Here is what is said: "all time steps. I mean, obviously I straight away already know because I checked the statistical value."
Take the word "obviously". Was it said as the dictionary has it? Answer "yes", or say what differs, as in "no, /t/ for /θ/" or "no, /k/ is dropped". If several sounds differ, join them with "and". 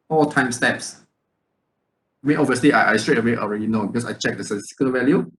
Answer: no, /b/ is dropped